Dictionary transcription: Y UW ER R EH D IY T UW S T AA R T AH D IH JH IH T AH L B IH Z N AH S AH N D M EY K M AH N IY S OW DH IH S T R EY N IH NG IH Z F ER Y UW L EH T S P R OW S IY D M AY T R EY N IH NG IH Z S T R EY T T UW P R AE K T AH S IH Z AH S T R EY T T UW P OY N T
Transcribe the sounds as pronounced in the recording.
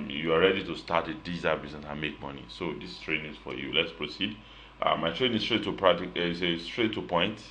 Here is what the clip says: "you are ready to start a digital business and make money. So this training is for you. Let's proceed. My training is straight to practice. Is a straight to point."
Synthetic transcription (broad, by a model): Y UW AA R EH D IY T UW S T AA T AH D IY Z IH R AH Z AH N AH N M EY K M AH N IY S OW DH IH S T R EY N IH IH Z F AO Y UW L EH T S P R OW S IY D M AY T R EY N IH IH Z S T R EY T T UW P R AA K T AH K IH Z AH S T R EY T T UW P OY N T